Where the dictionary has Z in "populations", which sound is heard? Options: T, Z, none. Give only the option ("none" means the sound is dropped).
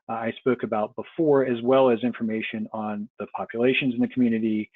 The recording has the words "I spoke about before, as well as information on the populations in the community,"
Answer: Z